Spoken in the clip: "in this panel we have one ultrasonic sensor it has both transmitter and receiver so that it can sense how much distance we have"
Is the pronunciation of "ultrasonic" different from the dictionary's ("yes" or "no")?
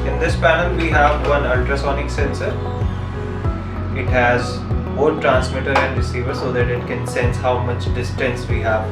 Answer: no